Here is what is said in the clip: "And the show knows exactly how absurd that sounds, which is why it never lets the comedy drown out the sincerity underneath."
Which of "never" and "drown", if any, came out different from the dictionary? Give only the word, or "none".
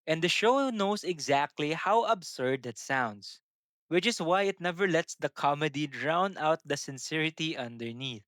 none